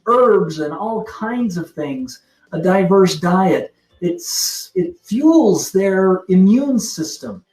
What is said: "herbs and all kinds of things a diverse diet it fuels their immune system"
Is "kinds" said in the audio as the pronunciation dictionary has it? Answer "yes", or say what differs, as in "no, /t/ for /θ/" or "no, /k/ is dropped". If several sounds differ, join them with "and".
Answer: yes